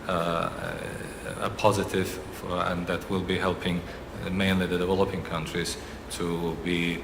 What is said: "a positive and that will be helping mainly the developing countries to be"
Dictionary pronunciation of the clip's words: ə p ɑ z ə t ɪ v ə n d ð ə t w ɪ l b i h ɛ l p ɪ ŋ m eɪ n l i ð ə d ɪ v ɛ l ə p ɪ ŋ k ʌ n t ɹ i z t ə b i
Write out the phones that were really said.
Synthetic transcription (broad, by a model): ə p ɑ z ə t ɪ v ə n ð ə t w ɪ l b i h ɛ l p ɪ ŋ m eɪ n l i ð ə d ɪ v ɛ l ə p ɪ ŋ k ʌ n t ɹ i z t ə b i